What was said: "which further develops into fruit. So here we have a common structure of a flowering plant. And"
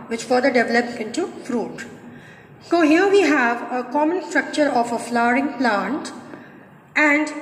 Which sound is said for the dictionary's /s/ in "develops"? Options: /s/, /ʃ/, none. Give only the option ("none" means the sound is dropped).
none